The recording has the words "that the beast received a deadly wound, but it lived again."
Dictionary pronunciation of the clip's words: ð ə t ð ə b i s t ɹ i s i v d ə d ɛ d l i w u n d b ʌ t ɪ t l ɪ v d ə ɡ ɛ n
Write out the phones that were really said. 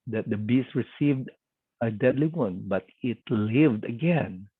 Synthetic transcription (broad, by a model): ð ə t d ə b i s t ɹ i s i v d ə d ɛ d l i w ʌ n b ʌ t ɪ t l ɪ v d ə ɡ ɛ n